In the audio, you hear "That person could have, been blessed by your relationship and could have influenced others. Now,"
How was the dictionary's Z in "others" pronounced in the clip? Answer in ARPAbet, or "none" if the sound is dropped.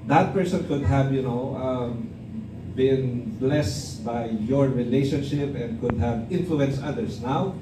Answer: S